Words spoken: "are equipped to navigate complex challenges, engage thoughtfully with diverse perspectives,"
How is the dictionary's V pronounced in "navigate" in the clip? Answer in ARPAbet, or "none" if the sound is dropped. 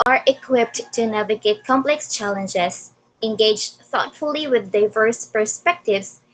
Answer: V